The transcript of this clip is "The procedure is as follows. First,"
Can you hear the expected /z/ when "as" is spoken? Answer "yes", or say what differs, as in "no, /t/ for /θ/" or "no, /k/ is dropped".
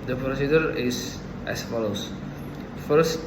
no, /s/ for /z/